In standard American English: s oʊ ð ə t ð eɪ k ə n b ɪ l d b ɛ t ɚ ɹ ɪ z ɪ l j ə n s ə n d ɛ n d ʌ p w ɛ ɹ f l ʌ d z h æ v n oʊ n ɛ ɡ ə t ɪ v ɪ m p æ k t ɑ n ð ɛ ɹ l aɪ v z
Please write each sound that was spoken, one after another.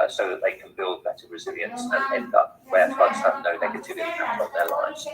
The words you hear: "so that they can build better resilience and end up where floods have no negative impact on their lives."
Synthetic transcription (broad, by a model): s oʊ ð ə t ð eɪ k ə n b ɪ l d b ɛ t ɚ ɹ ɪ z ɪ l j ə n s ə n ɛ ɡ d ʌ p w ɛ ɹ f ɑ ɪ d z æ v n oʊ n ɛ ɡ ə t ɪ v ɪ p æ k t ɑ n ð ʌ l aɪ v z